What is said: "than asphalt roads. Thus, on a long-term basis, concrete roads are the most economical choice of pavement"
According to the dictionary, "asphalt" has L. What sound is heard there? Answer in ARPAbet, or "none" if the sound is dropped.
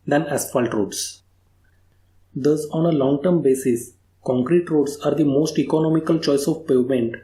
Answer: L